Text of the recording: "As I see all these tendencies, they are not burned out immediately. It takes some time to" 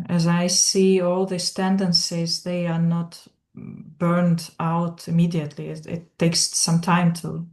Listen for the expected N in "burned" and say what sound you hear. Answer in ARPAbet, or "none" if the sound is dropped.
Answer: N